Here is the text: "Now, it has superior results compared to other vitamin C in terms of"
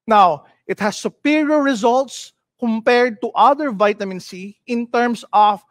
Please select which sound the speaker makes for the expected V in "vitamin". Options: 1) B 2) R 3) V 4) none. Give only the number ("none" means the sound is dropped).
3